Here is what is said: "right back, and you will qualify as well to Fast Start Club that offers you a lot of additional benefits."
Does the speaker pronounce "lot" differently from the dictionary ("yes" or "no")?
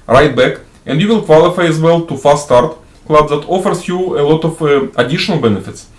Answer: no